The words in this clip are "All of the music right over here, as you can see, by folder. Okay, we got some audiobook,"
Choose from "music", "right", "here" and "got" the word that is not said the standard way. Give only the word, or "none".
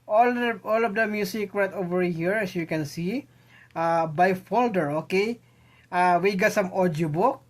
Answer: music